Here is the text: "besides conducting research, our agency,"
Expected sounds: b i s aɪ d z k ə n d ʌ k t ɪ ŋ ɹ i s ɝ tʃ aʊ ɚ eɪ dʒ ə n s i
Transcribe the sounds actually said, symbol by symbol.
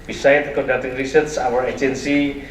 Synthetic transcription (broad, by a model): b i s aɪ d k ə n d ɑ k t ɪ ŋ ɹ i s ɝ s aʊ ɚ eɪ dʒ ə n s i